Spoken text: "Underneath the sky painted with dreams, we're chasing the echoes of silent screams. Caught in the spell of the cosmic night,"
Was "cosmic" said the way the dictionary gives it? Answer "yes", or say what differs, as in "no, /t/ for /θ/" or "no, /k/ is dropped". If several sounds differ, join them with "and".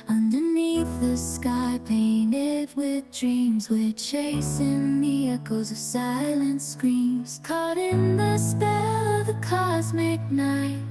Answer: yes